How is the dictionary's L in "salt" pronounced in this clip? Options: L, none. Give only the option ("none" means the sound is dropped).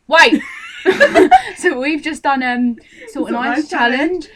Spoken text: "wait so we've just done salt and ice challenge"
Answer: none